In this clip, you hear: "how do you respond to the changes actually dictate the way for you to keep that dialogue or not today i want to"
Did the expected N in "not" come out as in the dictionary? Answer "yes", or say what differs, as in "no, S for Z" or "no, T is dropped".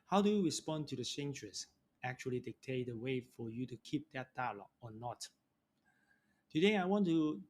yes